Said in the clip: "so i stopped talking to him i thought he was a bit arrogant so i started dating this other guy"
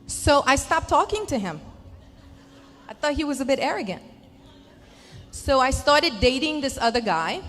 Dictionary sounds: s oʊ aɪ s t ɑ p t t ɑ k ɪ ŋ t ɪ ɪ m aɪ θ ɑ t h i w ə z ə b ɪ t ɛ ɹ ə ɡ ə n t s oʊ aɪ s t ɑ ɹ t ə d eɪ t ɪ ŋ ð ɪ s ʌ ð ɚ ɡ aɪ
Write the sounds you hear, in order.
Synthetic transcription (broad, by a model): s oʊ aɪ s t ɑ p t t ɑ k ɪ ŋ t ɪ ɪ m aɪ θ ɑ t h i w ə z ə b ɪ t ɛ ɹ ə ɡ ə n t s oʊ aɪ s t ɑ ɹ t ə d eɪ t ɪ ŋ ð ɪ s ʌ ð ɚ ɡ aɪ